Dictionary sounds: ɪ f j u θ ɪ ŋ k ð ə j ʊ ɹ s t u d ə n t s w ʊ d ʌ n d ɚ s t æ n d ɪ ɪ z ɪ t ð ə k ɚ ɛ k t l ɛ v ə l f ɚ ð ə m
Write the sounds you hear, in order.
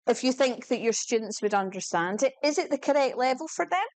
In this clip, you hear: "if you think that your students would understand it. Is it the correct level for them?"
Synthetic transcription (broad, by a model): ɪ f j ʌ θ ɪ ŋ k ð ə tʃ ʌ ɹ s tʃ u d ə n t s w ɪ d ʌ n d ɚ s t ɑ n d ɪ ɪ z ɪ t ð ə k ɚ ɛ k t l ɛ v ə l f ɚ ð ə m